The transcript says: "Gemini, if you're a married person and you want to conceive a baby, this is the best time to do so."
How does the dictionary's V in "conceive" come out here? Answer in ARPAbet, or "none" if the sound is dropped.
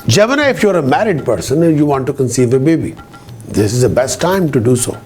V